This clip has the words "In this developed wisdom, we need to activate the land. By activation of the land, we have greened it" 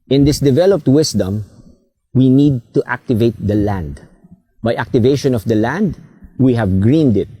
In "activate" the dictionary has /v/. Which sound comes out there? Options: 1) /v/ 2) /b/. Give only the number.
1